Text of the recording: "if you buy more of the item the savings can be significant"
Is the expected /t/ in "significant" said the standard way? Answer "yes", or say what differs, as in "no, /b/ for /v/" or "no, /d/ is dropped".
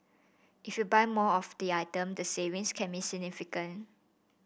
no, /t/ is dropped